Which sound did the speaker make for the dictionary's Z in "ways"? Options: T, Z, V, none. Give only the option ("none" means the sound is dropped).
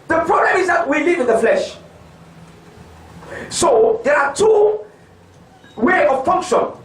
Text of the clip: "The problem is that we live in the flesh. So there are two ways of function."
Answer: none